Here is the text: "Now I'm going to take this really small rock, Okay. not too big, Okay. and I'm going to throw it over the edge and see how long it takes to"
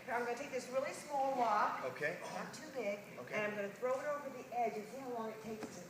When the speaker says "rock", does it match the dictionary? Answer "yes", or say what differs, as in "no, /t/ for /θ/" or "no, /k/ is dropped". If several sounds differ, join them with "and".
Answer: no, /w/ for /ɹ/ and /k/ is dropped